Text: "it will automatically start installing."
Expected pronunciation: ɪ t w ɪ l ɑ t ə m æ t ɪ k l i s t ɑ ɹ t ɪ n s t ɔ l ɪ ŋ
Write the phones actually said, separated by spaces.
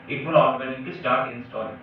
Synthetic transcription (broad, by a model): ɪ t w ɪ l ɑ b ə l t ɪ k i s t ɑ ɹ t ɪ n s t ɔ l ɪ